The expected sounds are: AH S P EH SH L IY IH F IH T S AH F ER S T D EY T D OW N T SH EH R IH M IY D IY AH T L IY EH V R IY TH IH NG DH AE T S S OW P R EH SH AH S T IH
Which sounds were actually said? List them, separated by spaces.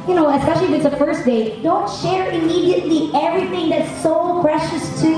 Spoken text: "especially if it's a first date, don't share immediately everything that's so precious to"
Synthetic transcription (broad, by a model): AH S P EH SH L IY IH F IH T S AH F ER S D EY D OW N T SH EH R IH M IY D IY AH T L IY EH V R IY TH IH NG DH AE T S S OW P R EH SH AH S T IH